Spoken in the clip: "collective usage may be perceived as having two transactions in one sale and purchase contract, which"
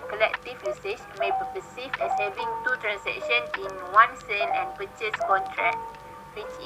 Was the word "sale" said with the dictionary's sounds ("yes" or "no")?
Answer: no